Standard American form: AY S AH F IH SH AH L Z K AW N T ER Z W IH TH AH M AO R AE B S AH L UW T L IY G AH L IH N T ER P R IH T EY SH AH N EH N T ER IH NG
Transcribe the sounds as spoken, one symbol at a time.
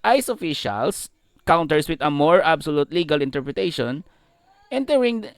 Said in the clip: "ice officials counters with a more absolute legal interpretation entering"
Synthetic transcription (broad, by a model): AY S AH F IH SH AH L S K AW N T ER S W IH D AH M AO R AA B S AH L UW T L IY G AH L IH N T ER P R IH T EY SH AH N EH N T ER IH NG